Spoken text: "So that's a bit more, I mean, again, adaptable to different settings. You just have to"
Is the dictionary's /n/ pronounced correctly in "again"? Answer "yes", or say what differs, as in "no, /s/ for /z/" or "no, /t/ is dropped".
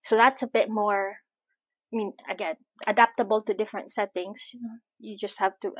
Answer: no, /n/ is dropped